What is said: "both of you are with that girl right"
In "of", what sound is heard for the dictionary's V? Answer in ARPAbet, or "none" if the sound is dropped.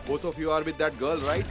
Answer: F